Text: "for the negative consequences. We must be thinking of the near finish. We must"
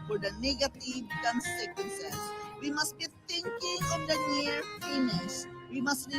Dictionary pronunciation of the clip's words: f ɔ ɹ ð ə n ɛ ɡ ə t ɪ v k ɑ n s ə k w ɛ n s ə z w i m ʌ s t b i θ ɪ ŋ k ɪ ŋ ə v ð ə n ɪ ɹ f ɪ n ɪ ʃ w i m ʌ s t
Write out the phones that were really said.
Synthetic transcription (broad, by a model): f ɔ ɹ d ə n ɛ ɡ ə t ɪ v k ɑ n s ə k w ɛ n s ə s w i m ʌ s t b i t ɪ ŋ k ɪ ŋ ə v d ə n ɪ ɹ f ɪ n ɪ s w i m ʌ s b